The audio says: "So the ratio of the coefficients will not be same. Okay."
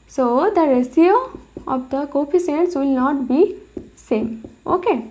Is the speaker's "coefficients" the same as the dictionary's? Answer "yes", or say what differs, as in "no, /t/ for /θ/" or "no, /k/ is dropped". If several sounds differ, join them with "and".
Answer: no, /s/ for /ʃ/